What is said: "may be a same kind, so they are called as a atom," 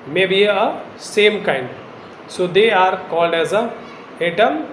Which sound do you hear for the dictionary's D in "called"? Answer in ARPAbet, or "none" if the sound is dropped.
D